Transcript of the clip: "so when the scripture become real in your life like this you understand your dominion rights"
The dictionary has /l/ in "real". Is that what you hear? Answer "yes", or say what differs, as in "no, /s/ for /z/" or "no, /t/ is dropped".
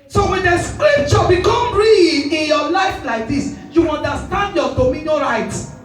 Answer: no, /n/ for /l/